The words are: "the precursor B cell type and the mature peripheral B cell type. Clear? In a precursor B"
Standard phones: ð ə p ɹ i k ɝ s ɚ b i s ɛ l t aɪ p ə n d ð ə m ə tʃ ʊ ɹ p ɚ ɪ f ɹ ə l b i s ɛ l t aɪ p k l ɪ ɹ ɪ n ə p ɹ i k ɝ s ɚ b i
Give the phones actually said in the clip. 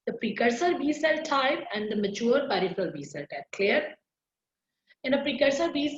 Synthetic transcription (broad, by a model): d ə p ɹ i k ɝ s ɚ b i s ɛ l t aɪ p ə n d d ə m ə tʃ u ɹ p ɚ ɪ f l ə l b i s ɛ l t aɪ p k l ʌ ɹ ɪ n ə p ɹ i k ɝ s ɚ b i